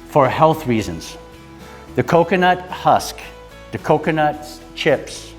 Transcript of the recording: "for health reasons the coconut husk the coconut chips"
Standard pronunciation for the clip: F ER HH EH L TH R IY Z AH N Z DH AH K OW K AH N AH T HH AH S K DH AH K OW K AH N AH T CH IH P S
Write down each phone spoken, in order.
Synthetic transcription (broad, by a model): F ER HH EH L TH R IY Z AH N Z DH AH K OW K AH N AH T HH AH S K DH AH K OW K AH N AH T CH IH P S